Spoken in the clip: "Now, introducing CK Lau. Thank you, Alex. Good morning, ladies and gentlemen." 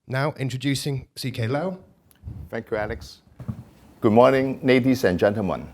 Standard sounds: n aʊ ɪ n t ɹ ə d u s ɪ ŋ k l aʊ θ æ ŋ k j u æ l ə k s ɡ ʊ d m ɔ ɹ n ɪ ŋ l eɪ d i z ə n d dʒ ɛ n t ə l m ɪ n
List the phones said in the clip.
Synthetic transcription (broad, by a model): n aʊ ɪ n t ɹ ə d u s ɪ ŋ k l aʊ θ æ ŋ k j u æ l ə k s ɡ ʊ d m ɔ n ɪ ŋ n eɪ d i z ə n dʒ ɛ n t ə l m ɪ n